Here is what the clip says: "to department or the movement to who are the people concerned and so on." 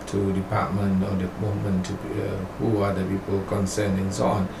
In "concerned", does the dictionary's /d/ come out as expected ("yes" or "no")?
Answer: no